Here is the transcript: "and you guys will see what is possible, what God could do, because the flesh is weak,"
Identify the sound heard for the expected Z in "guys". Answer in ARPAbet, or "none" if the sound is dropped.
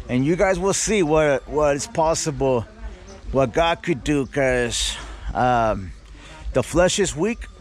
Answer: Z